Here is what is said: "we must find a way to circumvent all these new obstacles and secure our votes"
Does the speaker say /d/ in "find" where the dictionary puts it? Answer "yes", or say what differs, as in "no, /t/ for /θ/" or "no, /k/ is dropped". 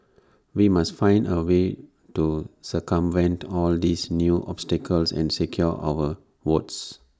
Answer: yes